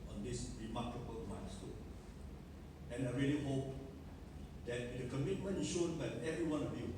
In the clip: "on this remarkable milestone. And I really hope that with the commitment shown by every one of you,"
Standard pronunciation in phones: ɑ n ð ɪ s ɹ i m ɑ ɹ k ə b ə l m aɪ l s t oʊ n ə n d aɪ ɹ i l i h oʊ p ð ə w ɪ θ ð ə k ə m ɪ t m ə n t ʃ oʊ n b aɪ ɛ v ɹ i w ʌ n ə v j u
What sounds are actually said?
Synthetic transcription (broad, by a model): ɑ n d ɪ s ɹ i m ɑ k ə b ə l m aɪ n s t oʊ ə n aɪ ɹ i l i h oʊ p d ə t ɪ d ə k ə m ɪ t m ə n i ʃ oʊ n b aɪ ɛ v ɹ i w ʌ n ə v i